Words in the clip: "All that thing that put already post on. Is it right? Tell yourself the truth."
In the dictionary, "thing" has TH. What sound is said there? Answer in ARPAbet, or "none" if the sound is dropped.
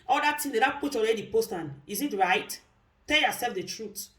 T